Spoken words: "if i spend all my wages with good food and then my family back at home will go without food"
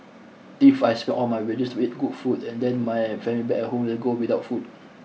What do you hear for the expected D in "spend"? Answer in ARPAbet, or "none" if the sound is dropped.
none